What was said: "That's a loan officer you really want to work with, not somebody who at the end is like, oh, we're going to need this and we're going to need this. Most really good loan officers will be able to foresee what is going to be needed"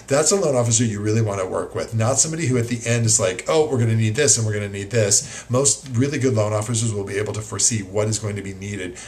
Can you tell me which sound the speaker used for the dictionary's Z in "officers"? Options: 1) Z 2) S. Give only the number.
1